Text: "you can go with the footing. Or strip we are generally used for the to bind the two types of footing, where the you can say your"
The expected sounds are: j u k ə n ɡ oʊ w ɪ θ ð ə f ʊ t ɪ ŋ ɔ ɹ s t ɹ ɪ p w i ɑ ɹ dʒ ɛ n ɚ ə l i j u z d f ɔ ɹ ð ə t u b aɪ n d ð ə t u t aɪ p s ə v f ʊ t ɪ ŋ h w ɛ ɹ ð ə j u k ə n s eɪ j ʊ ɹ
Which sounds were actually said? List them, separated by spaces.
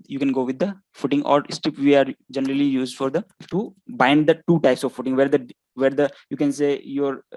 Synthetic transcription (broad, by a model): j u k ə n ɡ oʊ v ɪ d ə f ʊ t ɪ ŋ ɔ ɹ s t ɪ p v i ɑ ɹ dʒ ɛ n ɚ ə l i j u z d f ɔ ɹ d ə t u b aɪ n d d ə t u t aɪ p s ə v f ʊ t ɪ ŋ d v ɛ ɹ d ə j u k ə n s eɪ j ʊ ɹ